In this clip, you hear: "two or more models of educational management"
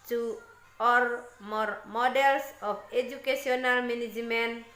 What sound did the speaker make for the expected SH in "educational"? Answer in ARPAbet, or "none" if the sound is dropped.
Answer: S